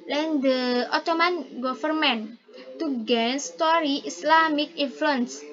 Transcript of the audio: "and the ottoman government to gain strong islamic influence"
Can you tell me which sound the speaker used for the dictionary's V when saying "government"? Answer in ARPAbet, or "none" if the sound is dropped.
F